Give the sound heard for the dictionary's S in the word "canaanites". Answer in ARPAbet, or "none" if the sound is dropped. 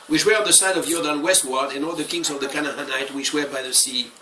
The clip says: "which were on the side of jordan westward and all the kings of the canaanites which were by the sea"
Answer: none